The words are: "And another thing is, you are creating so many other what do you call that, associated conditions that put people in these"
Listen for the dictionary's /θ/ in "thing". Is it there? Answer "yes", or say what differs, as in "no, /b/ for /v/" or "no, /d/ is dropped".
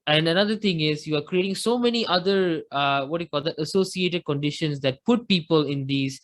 no, /t/ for /θ/